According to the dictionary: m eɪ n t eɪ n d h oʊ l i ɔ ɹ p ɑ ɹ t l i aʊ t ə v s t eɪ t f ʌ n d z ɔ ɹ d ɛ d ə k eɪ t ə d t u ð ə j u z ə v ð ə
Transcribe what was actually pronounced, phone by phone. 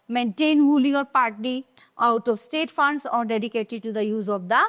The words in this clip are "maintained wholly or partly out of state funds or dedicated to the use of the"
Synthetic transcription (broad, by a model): m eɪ n t eɪ n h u l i ɔ ɹ p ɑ ɹ t i aʊ t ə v s t eɪ t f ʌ n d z ɔ ɹ d ɛ d ə k eɪ t ə d t u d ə j u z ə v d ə